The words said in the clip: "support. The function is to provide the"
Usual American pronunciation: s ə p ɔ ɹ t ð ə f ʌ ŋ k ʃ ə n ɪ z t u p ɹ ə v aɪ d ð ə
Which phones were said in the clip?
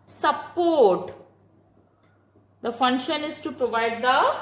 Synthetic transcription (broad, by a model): s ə p ɔ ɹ t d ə f ʌ ŋ k ʃ ə n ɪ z t u p ɹ ə v aɪ d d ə